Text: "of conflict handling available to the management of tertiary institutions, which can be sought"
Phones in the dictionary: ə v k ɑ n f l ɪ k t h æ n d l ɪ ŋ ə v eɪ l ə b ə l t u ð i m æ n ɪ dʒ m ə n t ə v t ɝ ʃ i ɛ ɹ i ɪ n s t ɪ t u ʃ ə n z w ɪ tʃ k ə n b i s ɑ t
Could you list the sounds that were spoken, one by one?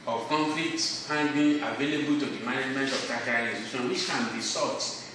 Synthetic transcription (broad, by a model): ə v k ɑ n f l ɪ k t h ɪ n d ɪ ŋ ə v eɪ l ə b ə l t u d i m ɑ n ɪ dʒ m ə n t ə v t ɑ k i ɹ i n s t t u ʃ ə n w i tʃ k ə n b i s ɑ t